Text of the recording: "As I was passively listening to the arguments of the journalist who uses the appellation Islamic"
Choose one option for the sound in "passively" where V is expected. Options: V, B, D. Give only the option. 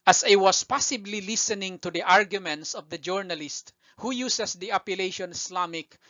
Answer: B